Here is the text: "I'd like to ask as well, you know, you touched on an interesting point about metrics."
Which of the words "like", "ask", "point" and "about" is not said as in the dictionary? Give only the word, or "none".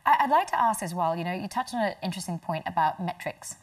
none